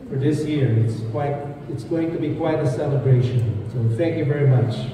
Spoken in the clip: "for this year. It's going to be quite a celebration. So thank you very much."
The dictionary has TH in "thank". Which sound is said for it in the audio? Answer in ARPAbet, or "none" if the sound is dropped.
TH